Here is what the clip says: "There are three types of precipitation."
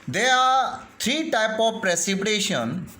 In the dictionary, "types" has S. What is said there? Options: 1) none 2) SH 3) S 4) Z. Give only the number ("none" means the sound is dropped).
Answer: 1